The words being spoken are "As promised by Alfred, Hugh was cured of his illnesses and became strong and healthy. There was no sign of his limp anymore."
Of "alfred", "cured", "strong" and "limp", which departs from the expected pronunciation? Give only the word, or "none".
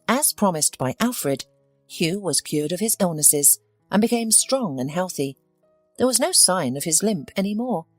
none